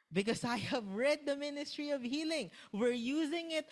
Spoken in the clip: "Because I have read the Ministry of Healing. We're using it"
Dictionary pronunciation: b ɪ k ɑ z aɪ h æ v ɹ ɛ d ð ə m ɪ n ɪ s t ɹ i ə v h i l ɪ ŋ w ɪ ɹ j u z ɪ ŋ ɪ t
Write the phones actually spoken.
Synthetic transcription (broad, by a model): b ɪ k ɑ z aɪ h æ v ɹ ɛ d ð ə m ɪ n ɪ s t ɹ i ə v h i l ɪ ŋ w ɪ ɹ j u z ɪ ŋ ɪ t